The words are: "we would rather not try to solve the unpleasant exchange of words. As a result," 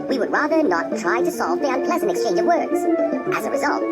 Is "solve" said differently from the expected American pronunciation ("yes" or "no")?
no